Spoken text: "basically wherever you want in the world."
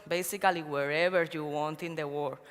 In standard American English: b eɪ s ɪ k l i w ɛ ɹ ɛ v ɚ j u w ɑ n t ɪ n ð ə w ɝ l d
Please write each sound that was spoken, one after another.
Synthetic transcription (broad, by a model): b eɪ s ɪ k l i w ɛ ɹ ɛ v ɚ j u w ɑ n t ɪ n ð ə w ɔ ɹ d